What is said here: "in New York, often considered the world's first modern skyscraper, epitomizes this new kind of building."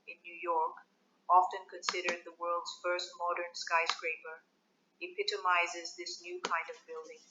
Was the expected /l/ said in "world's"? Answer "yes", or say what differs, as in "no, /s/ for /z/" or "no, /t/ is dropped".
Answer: yes